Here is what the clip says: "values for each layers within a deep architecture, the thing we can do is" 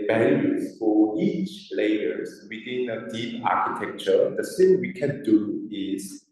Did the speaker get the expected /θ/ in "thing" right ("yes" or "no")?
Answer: no